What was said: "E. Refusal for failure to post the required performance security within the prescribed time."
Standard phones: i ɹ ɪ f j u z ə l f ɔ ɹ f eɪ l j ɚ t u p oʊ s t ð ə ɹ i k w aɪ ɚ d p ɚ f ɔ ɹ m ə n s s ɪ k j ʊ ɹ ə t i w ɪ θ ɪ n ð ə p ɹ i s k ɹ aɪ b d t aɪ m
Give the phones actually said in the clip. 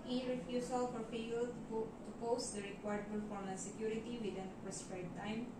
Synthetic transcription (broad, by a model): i ɹ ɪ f j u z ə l f ɔ ɹ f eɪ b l t u p oʊ s t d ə ɹ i k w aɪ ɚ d b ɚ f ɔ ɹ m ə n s s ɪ k j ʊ ɹ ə t i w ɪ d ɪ n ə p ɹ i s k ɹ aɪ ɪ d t aɪ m